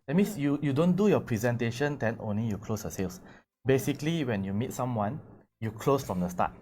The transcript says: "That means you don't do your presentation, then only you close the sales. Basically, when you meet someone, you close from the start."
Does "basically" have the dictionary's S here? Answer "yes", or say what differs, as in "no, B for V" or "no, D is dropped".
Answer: yes